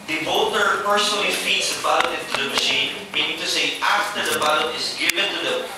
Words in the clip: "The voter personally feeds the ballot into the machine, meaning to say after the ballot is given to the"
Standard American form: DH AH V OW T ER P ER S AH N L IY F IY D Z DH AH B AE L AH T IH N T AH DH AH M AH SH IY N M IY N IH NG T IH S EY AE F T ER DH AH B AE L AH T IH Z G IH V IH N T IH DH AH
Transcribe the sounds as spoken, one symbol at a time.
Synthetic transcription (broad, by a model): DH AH B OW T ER P ER S AH N L IY F IY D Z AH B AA AH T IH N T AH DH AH M AH SH IY N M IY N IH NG T IH S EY AE F T ER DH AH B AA AH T IH Z G IH V IH N T IH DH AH